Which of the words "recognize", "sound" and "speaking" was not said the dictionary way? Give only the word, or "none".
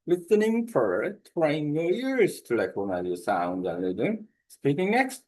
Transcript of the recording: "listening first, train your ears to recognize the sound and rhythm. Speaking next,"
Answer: recognize